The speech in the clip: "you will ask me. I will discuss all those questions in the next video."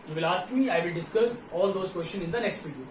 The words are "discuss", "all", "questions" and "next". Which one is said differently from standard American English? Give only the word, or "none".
questions